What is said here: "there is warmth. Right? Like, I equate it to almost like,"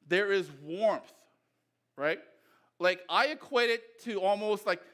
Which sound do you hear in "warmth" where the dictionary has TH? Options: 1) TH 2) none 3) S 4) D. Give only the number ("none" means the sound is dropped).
1